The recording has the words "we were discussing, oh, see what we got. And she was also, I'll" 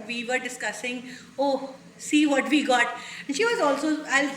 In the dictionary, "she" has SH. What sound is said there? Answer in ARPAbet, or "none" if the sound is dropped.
SH